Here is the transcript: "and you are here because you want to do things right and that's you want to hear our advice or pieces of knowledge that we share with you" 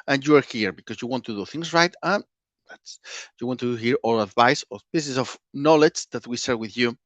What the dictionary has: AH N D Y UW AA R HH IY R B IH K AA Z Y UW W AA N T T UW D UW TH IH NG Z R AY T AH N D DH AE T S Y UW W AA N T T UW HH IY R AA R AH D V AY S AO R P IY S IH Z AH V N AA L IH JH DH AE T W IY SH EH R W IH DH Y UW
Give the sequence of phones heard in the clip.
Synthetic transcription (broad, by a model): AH N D Y UW AA R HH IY R B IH K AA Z Y UW W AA N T T UW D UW TH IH NG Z R AY T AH N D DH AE T S Y UW W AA N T T UW HH IY R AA L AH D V AY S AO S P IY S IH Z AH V N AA L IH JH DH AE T W IY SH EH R W IH DH Y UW